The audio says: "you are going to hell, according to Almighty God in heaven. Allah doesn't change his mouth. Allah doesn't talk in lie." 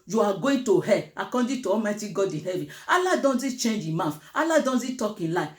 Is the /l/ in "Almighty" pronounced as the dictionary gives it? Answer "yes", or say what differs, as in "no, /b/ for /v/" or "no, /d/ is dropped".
no, /l/ is dropped